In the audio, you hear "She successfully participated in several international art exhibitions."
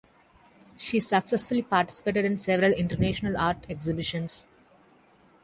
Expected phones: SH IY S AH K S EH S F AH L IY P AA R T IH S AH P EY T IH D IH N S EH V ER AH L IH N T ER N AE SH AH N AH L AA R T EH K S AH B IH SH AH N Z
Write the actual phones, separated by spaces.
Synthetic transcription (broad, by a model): SH IY S AH K S EH S F AH L IY P AA R T IH S AH P EY T IH D IH N S EH V ER AH L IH N T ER N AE SH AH N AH L AA R T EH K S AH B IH SH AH N S